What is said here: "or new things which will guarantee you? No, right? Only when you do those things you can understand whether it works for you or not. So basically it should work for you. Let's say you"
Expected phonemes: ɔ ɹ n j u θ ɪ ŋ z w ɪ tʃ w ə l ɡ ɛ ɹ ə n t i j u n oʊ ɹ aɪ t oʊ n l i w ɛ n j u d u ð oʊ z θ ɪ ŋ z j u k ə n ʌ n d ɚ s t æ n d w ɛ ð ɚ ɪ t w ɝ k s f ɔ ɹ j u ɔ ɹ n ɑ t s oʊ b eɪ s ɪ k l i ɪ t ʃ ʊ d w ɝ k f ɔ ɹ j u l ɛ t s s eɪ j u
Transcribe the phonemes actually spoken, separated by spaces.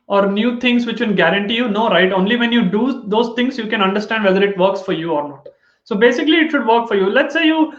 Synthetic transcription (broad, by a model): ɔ ɹ n j u t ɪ ŋ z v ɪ tʃ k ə n ɡ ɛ ɹ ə n t i j u n oʊ ɹ aɪ t oʊ n l i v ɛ n j u d u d oʊ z t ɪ ŋ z j u k ə n ʌ n d ɚ s t æ n d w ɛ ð ɚ ɪ t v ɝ k s f ɔ ɹ j u ɔ ɹ n ɑ t s oʊ b eɪ s ɪ k l i ɪ t ʃ ʊ d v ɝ k f ɔ ɹ j u l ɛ t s s eɪ j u